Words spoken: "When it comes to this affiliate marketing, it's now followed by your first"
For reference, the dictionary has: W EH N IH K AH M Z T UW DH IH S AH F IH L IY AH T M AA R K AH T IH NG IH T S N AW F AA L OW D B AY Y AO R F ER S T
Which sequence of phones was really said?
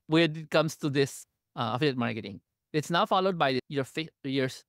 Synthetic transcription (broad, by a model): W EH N IH K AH M S T UW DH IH S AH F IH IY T M AA R K AH T IH NG IH T S N AW F AA L OW D B AY Y AO R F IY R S